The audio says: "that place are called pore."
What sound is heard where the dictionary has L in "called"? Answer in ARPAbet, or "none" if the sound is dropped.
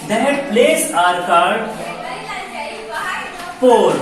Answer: none